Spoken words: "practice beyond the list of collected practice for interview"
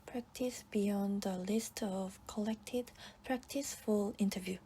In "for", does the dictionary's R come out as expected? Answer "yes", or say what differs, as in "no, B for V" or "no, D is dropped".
no, L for R